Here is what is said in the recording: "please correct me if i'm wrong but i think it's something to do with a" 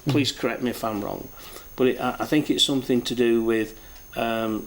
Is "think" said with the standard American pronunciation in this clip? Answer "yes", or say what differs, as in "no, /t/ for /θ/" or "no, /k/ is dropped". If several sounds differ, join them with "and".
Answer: yes